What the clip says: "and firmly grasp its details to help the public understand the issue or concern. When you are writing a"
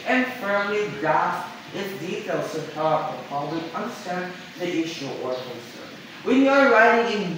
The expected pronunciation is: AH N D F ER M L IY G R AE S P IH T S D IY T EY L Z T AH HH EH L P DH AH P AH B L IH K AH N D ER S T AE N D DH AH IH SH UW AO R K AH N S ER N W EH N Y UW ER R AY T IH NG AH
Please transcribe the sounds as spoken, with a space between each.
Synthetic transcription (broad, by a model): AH N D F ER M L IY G R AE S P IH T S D IY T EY L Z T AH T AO P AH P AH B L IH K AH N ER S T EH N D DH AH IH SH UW AO R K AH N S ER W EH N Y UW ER R AY T IH NG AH